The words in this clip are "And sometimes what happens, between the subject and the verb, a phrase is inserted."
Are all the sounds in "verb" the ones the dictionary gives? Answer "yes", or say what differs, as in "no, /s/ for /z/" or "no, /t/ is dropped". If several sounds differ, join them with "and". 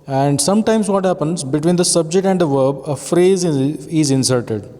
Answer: yes